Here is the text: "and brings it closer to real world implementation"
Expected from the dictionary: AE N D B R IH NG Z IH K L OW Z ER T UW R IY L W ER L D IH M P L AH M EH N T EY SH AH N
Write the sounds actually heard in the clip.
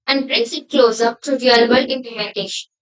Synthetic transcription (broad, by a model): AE N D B R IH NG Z IH K L OW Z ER T UW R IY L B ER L IH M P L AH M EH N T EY SH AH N